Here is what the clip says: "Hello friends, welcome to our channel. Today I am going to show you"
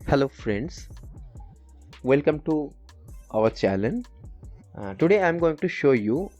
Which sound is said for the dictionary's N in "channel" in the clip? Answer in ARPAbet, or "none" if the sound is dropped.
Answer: L